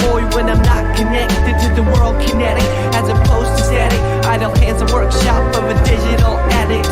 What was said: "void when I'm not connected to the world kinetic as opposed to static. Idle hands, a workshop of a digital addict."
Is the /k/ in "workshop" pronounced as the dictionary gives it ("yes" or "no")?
yes